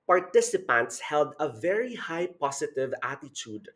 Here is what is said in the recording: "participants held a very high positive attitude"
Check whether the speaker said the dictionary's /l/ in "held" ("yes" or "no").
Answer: yes